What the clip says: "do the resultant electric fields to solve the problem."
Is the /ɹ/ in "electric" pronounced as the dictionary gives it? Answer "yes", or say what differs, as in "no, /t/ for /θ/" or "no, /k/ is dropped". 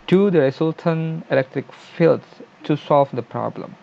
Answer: yes